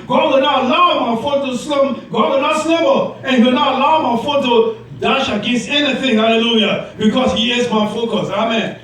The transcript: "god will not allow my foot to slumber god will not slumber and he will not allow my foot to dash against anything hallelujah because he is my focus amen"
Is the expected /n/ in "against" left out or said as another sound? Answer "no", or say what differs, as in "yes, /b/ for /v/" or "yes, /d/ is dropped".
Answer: yes, /n/ is dropped